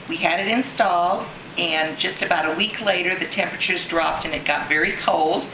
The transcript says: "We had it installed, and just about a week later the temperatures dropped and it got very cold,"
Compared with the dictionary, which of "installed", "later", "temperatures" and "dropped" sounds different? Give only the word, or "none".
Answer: none